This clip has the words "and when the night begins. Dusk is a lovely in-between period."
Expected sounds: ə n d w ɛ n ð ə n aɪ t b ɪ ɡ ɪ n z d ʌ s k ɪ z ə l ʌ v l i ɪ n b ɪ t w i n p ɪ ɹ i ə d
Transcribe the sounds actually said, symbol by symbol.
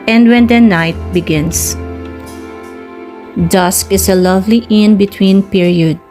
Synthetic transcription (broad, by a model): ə n d w ɛ n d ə n aɪ t b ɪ ɡ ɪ n s d ʌ s k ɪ s ə l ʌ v l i ɪ n b ɪ t w i n p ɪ ɹ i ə d